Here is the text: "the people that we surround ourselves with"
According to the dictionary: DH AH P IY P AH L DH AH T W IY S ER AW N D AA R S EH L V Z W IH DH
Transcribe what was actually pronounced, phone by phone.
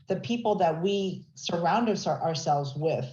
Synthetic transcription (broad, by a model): DH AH P IY P L DH AH T W IY S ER AW N D AA R S EH L V Z W IH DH